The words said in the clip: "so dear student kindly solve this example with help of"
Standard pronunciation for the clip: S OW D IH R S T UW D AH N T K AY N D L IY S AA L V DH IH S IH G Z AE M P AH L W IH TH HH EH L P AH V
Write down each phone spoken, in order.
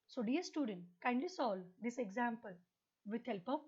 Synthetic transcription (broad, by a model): S OW D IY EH S T UW D AH N T K AY N D L IY S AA L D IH S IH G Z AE M P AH L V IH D HH EH L P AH